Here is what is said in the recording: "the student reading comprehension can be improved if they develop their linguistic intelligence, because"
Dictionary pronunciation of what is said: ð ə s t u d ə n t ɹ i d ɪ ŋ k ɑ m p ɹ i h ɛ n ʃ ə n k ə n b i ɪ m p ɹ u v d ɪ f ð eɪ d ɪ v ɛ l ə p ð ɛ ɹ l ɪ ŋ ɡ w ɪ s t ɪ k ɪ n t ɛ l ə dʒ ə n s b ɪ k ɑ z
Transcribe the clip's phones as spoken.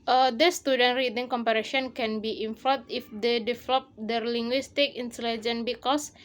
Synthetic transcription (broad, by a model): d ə s t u d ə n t ɹ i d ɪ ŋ k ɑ m p i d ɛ ʃ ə n k ə n b i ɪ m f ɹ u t ɪ f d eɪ d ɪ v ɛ l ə p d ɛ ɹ l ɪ ŋ ɡ w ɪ s t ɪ k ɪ n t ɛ l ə dʒ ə n b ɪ k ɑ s